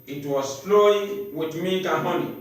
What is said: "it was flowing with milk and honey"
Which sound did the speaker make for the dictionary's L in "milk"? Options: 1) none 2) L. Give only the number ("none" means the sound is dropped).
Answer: 1